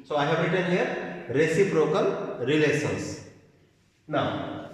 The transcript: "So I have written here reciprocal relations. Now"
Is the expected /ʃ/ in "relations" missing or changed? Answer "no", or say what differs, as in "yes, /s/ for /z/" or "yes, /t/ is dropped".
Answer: yes, /s/ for /ʃ/